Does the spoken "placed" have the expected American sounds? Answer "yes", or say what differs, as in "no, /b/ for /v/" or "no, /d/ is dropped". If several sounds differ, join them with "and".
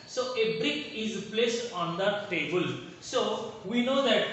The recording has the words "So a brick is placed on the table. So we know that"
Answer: yes